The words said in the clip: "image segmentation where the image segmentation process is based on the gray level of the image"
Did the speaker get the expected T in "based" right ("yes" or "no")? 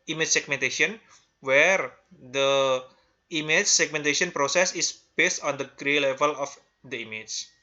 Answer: yes